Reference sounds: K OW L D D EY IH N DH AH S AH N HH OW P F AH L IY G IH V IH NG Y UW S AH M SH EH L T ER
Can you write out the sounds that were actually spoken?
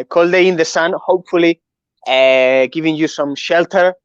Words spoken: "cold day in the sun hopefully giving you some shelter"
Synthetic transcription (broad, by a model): K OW L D D EY IH N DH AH S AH N HH OW P F AH L IY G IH V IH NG Y UW S AH M SH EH L T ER